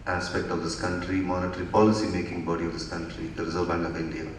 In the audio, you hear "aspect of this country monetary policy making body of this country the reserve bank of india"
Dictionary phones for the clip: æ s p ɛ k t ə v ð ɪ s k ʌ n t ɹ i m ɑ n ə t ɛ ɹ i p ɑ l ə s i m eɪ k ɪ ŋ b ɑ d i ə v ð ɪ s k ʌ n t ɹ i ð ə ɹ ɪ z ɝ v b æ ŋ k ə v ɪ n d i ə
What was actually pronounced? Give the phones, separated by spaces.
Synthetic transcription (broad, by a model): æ s p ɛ k t ə v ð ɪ s k ʌ n t ɹ i m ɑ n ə t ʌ ɹ i p ɑ l ə s i m eɪ k ɪ ŋ b ɑ d i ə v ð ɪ s k ʌ n t ɹ i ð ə ɹ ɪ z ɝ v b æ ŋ ə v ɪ n d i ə